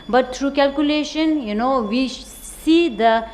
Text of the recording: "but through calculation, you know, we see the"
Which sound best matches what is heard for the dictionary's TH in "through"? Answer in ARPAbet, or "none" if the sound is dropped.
T